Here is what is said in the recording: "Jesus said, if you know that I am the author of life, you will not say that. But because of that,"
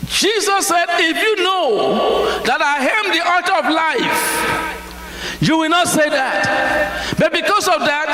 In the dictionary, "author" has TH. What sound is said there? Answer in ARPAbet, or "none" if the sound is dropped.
T